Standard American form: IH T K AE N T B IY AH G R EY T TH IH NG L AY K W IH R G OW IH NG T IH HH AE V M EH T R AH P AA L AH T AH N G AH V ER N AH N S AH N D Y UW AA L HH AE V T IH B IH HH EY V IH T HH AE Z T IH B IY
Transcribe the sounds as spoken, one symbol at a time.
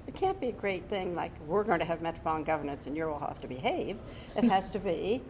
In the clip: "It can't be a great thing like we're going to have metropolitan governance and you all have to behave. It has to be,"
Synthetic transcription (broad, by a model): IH T K AE N B IY AH G R EY T TH IH NG L AY K W IH R G OW IH NG T IH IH V M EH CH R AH B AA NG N G AH V ER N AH N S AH N Y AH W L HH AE F T IH B IH HH EY V IH T HH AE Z T IH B IY